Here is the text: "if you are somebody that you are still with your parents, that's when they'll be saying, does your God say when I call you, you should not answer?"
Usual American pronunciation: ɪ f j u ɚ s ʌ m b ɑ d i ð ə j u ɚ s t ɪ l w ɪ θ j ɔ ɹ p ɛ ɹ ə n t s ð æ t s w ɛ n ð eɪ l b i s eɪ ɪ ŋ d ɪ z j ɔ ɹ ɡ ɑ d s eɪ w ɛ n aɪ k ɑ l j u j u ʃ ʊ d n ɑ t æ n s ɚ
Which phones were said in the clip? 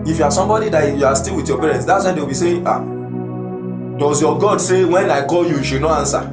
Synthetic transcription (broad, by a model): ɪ f j u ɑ s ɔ m b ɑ d i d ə j u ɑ s t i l w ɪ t j ɔ p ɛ ɹ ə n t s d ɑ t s w ɛ n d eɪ w b i s eɪ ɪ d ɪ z j ɔ ɡ ɑ d s eɪ w ɛ n aɪ k ɑ l j u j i ʃ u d n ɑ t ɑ n s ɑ